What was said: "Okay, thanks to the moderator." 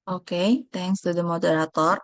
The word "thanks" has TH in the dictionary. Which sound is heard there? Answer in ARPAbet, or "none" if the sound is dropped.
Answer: T